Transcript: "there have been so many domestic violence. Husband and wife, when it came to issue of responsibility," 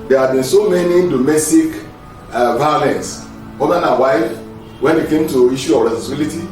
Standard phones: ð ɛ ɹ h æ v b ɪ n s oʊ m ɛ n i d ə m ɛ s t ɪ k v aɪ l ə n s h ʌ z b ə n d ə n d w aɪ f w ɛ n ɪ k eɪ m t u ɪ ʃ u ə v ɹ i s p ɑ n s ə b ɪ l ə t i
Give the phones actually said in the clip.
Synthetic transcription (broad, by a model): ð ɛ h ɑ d b ɪ n s oʊ m ɛ n i d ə m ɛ s t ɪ k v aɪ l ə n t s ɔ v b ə n ə w aɪ f w ɛ n ɪ k eɪ m t u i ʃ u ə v ɹ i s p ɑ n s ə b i l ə t i